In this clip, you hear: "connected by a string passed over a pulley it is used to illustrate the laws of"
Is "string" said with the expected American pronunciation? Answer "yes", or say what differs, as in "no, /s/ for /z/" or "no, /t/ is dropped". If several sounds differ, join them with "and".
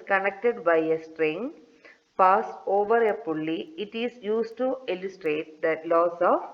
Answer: yes